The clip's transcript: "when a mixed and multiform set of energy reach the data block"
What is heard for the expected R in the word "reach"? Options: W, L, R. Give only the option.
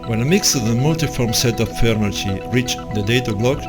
R